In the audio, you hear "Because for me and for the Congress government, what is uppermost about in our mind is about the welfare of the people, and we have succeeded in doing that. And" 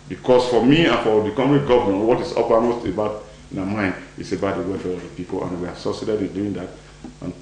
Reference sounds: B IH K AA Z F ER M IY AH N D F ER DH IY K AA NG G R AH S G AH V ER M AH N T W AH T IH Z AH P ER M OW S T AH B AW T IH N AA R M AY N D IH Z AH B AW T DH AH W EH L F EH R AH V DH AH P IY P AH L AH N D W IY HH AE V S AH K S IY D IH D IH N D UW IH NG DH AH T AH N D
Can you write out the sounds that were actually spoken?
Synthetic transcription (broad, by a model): B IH K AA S F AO M IY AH N F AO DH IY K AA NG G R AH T G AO V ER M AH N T W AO T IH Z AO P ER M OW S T AH B AW T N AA M AY N D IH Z AH B AW T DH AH W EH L F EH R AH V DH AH P IY P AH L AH N W IY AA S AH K S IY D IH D IH N D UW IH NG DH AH T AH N